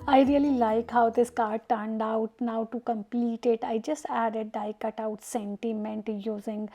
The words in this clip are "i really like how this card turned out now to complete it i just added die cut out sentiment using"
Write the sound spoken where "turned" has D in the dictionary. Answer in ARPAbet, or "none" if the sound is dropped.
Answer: D